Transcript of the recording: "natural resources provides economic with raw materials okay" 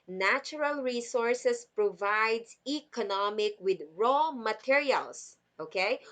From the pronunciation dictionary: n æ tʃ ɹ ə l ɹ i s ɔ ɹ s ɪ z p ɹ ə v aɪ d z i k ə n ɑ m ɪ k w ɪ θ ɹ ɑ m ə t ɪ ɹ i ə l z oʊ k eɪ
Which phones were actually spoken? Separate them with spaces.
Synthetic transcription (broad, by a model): n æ tʃ ɹ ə l ɹ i s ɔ ɹ s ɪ s p ɹ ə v aɪ d s i k ə n ɑ m ɪ k w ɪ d ɹ ɑ m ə t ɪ ɹ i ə l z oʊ k eɪ